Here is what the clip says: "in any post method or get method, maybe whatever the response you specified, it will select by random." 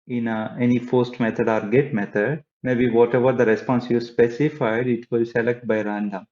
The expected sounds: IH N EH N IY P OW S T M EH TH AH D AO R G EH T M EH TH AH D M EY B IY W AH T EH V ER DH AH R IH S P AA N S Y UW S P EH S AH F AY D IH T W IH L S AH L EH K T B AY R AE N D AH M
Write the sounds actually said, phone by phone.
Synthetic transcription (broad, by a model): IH N EH N IY F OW S T M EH T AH D AO R G EH T M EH T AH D M EY B IY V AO T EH V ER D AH R IH S P AA N S Y UW S P EH S AH F AY D IH T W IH L S AH L EH K T B AY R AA N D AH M